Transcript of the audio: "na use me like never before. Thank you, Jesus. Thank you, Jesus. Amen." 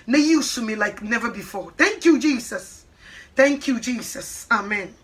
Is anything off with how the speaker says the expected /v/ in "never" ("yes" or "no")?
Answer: no